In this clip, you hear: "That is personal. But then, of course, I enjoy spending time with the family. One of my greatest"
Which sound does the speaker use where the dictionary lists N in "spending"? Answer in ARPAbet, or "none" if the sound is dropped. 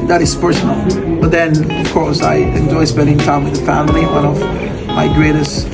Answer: none